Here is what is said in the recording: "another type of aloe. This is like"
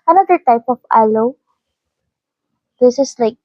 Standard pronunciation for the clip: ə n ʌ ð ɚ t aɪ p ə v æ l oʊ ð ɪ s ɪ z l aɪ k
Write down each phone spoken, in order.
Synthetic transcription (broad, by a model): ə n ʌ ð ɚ t aɪ p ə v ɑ l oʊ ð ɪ s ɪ s l aɪ k